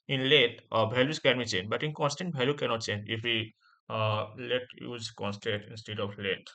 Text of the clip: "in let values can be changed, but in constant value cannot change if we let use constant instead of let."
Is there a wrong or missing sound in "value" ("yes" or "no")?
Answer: yes